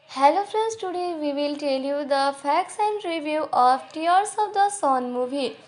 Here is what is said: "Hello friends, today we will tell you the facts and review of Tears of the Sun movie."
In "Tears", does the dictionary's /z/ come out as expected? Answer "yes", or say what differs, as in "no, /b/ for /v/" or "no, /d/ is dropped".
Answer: no, /s/ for /z/